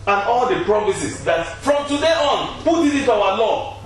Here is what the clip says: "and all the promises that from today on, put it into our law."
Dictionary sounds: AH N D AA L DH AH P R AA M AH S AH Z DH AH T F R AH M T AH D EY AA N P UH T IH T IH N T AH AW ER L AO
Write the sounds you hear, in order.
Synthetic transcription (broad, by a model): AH N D AA L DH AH P R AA M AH S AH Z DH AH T F R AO M T AH D EY AA N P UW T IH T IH T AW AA L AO